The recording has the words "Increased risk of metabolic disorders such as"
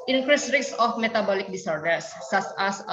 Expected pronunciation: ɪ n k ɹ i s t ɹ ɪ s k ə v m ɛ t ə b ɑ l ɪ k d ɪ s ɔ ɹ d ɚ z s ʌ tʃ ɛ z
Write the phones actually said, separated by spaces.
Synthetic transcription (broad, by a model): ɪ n k ɹ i s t ɹ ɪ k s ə f m ɛ t ə b ɑ l ɪ k d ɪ s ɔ ɹ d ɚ s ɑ s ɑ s